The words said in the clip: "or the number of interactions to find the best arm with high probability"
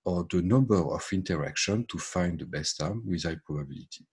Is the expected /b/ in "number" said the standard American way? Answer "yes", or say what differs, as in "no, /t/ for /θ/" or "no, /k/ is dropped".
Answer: yes